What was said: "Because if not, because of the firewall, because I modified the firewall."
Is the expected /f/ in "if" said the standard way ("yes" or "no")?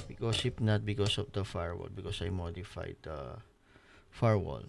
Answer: no